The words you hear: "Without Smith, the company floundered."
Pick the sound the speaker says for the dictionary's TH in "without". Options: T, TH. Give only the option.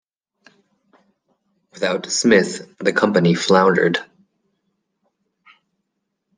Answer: TH